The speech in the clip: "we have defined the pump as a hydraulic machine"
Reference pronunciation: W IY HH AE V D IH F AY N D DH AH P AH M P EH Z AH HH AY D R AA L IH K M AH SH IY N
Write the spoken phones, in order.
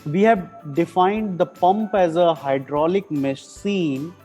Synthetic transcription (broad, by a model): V IY HH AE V D IH F AY N D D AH P AH M P EH Z AH HH AY D R AA L IH K M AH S IY N